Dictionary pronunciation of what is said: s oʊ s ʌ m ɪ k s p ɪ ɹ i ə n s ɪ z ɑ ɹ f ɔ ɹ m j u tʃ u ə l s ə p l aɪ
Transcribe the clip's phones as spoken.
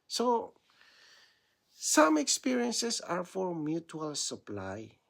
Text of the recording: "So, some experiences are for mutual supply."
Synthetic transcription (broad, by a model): s oʊ s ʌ m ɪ k s p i ɹ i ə n s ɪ s ɑ ɹ f ɔ ɹ m j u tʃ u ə l s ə p l aɪ